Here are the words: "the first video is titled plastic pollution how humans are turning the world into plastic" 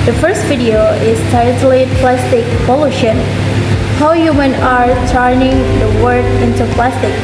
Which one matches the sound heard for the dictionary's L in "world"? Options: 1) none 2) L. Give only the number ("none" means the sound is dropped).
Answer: 1